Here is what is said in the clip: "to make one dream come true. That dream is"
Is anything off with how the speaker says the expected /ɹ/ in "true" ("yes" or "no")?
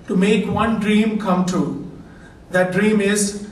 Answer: yes